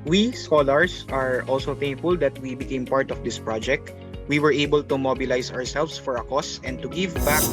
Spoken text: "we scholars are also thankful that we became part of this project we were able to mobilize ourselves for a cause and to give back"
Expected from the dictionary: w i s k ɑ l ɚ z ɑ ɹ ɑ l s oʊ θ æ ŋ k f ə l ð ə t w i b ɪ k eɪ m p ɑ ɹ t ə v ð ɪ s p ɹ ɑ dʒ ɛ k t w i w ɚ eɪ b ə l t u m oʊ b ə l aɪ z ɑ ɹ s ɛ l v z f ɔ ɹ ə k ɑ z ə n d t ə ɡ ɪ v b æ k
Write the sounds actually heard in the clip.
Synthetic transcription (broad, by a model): w i s k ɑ l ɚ s ɑ ɹ ɑ l s oʊ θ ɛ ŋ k f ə l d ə t w i b ɪ k eɪ m p ɑ ɹ t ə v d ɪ s p ɹ ɑ dʒ ɛ k t w i w ɚ eɪ b ə l t u m oʊ b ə l aɪ s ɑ ɹ s ɛ l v s f ɔ ɹ ə k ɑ s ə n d t ə ɡ ɪ v b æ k